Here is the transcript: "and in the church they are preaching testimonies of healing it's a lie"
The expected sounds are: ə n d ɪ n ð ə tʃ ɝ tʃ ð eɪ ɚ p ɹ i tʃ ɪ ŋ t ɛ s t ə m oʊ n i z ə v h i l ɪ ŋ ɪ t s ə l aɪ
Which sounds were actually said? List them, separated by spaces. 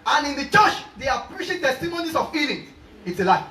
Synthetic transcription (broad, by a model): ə n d ɪ n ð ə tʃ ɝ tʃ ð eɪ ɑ p ɹ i ʃ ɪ t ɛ s t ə m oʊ n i s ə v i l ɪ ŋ ɪ t s ə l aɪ